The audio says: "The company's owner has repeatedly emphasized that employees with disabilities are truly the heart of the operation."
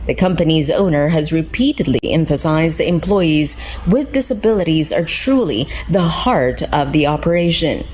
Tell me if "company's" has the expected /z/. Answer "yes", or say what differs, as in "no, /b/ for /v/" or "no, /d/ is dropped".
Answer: yes